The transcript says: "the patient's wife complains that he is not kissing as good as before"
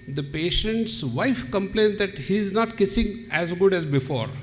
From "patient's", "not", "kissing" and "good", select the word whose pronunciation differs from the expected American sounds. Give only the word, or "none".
none